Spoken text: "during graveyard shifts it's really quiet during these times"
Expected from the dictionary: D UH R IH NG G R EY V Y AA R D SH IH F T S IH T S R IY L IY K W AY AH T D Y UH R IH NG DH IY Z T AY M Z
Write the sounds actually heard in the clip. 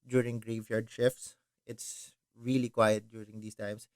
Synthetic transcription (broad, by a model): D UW R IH NG G R EY V Y AA R D SH IH F T S IH T S R IY L IY K W AY AH T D Y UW R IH NG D IY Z T AY M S